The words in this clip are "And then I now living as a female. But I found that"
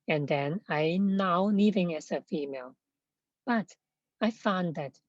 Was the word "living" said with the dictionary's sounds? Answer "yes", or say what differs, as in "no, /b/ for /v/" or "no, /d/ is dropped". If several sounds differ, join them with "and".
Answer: no, /n/ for /l/